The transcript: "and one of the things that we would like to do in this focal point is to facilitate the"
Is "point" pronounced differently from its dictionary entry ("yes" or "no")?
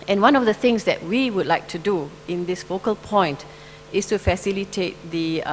no